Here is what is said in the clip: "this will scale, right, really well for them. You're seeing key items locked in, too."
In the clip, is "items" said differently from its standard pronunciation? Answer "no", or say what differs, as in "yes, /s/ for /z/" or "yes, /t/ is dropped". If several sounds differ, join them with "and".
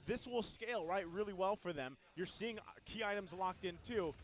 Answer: no